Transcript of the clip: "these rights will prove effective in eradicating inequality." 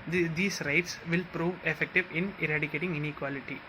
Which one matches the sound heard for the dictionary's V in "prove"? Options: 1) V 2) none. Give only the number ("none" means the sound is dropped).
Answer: 1